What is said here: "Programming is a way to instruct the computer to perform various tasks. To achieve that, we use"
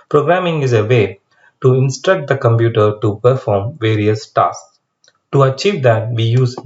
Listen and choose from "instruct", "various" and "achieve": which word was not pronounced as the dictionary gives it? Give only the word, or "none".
none